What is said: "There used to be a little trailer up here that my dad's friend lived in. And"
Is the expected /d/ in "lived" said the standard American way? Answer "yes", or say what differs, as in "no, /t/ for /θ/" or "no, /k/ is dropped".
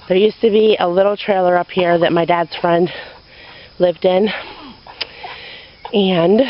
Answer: yes